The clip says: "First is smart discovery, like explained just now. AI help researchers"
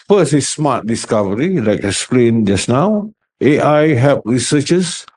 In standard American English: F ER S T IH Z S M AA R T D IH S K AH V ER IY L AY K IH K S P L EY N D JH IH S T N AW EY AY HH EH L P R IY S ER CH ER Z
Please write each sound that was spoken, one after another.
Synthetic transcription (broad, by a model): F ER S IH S S M AA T D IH S K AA V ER IY L AY K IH K S P L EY N JH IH S N AW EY AY HH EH P R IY S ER CH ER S